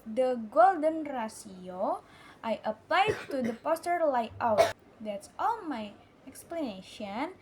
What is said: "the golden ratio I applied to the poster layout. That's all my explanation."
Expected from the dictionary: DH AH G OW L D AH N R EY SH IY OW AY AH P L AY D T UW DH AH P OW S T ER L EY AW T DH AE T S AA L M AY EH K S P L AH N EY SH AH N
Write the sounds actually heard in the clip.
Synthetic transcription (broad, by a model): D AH G OW L D AH N R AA S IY OW AY AH P L AY D T UW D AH P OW S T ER L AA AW T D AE T S AA L M AY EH K S P L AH N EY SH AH N